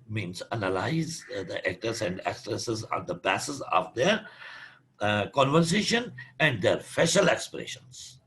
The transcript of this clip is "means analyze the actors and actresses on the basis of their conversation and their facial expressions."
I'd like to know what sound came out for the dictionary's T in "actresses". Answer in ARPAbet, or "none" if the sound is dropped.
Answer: S